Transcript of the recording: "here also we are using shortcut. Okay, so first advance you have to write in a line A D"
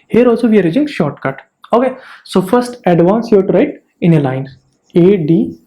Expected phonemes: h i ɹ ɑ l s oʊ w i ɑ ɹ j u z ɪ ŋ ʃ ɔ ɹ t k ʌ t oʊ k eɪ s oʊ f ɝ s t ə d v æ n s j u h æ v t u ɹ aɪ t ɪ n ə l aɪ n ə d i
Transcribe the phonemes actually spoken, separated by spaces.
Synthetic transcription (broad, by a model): h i ɹ ɑ l s oʊ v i ɑ ɹ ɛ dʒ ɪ ŋ ʃ ɔ ɹ t k ʌ t oʊ k eɪ s oʊ f ɝ s t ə d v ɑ n s j u t u ɹ aɪ t ɪ n ə l aɪ n ə d i